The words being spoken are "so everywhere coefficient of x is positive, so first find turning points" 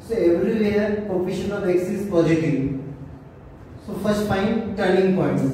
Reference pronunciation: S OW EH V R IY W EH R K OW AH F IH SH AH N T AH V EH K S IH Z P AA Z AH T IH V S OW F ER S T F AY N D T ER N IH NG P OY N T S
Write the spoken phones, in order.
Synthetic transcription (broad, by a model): S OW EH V R IY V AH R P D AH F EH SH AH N AH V EH K S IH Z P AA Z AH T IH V S OW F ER S T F AY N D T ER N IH NG P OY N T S